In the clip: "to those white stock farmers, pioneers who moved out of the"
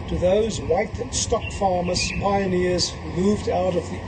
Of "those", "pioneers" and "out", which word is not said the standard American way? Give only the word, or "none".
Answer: none